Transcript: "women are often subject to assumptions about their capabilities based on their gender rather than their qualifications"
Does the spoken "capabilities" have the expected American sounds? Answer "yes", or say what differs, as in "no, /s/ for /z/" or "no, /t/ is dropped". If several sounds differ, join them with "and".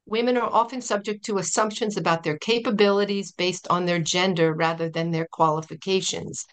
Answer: yes